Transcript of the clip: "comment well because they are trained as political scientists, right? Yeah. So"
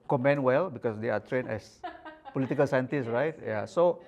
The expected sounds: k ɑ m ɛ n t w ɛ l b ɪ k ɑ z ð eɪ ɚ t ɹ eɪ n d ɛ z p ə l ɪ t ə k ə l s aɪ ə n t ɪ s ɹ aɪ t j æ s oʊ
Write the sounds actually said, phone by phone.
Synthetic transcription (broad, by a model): k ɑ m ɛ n w ɛ l b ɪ k ɑ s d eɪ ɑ t ɹ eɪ n ɛ s p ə l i t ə k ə l s aɪ ə n t ɪ s ɹ aɪ t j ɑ s oʊ